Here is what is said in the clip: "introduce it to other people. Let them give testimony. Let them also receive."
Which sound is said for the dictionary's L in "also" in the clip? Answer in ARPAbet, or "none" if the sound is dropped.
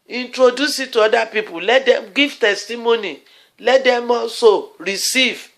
none